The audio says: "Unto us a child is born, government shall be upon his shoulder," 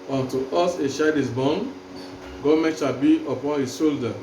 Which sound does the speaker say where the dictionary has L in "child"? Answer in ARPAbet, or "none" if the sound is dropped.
none